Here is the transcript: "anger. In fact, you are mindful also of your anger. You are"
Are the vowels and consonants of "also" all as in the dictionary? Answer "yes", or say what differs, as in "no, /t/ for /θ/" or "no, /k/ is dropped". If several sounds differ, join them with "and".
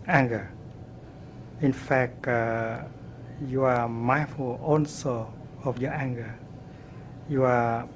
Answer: no, /n/ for /l/